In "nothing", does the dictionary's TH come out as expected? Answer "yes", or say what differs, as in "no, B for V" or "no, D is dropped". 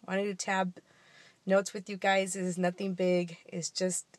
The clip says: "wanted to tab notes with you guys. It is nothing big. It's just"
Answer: yes